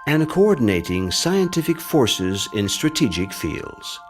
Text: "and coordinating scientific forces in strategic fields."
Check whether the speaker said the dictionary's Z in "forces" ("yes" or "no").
yes